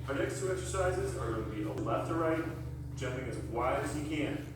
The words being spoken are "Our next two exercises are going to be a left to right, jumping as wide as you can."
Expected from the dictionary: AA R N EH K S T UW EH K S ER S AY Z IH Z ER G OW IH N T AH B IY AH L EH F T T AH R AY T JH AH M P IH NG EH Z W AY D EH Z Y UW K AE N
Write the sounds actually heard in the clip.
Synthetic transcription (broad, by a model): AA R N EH K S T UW EH K S ER S AY Z IH Z ER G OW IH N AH B IY AH L EH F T T AH R AY T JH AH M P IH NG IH Z W AY IH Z Y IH K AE N